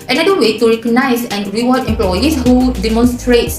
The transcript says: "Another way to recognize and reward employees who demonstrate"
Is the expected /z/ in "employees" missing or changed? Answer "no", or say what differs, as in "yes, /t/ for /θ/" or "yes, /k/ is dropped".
yes, /s/ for /z/